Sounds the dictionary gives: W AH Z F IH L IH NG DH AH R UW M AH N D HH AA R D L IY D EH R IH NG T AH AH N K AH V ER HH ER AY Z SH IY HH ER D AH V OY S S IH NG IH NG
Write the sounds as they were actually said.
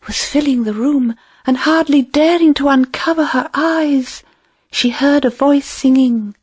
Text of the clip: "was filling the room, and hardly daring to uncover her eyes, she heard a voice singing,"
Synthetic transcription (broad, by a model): W AH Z F IH L IH NG DH AH R UW M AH N HH AA R D L IY D EH R IH NG T AH AH N K AH V ER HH ER AY Z SH IY HH ER D AH V OY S S IH NG IH NG